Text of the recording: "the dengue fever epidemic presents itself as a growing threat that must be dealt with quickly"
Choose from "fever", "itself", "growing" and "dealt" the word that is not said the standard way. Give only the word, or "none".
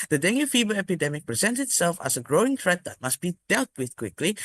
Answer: fever